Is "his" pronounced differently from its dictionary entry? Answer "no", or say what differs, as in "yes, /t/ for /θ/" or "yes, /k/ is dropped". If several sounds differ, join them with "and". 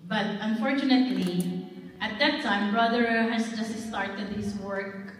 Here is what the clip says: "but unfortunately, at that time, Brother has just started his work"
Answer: yes, /s/ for /z/